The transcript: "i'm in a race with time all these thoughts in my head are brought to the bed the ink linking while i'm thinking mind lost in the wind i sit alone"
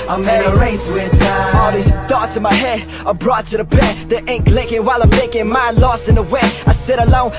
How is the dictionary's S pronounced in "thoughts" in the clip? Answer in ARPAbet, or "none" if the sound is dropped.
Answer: none